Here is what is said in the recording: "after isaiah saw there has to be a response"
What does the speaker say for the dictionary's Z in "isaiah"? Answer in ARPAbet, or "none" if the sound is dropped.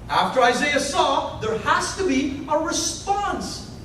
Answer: Z